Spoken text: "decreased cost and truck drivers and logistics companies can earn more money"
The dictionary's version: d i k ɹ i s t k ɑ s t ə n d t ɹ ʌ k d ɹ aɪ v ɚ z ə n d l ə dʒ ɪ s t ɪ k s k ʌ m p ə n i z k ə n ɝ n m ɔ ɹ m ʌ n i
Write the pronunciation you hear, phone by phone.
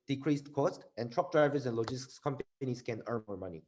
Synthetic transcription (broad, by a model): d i k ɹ i s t k ɑ s t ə n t ɹ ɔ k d ɹ aɪ v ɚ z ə n l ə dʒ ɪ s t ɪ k s k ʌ m p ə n i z k ə n ɝ n m ɔ ɹ m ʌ n i